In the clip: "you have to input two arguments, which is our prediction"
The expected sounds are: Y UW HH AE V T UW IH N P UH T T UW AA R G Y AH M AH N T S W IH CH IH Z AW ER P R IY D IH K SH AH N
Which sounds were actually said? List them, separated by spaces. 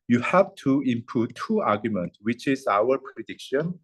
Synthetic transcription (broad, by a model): Y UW HH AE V T UW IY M P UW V T UW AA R G Y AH M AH N T W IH CH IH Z AW ER P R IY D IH K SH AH N